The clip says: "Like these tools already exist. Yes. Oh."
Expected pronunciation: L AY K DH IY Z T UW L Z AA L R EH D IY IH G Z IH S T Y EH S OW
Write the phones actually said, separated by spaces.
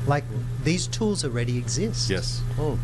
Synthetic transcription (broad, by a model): L AY K DH IY Z T UW L Z AA L R EH D IY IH G Z IH S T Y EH S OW